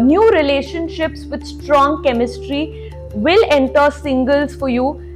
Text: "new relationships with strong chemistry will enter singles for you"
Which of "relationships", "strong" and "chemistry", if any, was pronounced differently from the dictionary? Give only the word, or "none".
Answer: none